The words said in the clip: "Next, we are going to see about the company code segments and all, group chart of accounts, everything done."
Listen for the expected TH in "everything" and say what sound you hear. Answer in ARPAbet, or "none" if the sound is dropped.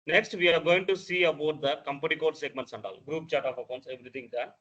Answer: T